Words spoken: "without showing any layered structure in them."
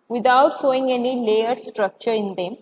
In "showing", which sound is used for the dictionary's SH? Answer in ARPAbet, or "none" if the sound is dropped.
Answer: S